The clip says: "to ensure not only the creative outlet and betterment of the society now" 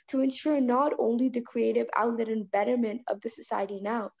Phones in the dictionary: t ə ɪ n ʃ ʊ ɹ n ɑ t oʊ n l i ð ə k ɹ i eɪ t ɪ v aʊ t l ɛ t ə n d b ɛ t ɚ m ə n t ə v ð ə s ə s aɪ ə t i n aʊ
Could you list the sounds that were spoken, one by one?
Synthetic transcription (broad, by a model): t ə ɪ n ʃ ʊ ɹ n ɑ t oʊ n l i ð ə k ɹ i eɪ t ɪ v aʊ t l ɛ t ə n b ɛ t ɚ m ə n t ə v ð ə s ə s aɪ ə t i n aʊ